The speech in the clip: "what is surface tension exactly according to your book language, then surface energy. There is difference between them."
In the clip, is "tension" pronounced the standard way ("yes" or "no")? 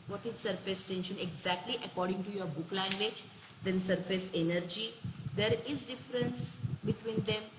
yes